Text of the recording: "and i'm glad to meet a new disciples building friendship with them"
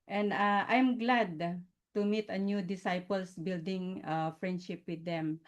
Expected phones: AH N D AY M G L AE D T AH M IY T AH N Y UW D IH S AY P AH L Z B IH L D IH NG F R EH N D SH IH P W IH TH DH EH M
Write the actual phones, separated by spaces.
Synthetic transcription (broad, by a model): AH N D AY M G L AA D T AH M IY T AH N Y UW D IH S AY P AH L S B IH L D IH NG F R EH N D SH IH P W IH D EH M